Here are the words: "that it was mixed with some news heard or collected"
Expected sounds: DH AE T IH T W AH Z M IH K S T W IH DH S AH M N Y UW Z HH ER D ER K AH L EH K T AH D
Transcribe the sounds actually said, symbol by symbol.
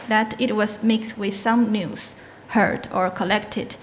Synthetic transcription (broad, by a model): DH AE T IH T W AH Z M IH K S T W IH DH S AH M N Y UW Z HH ER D ER K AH L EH K T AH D